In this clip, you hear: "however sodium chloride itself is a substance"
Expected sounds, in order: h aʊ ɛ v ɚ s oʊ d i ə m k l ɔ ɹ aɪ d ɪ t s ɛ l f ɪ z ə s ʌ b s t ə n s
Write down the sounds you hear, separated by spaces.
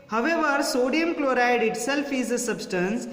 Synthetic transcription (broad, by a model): h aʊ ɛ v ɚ s oʊ d i ə m k l ɔ ɹ aɪ d ɪ t s ɛ l f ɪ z ə s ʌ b s t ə n s